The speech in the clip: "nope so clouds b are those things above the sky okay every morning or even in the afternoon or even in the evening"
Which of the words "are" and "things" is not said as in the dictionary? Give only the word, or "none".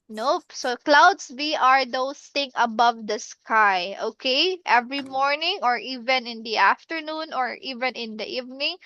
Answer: things